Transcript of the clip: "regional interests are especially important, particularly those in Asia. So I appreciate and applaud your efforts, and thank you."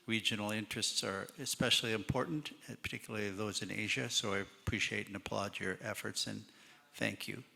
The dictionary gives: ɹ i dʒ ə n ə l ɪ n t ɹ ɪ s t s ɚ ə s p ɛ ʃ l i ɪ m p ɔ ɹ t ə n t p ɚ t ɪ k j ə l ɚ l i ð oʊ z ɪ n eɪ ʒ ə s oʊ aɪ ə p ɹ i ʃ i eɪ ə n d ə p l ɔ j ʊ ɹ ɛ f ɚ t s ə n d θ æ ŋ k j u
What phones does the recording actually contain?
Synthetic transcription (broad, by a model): ɹ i dʒ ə n l ɪ n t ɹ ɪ s t s ɚ ə s p ɛ ʃ l i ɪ m p ɔ ɹ t n t p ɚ t ɪ k j l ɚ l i ð oʊ z ɪ n eɪ ʒ ə s oʊ aɪ ə p ɹ i ʃ i eɪ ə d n ə p l ɔ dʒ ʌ ɹ ɛ f ɚ t s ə n θ æ ŋ k j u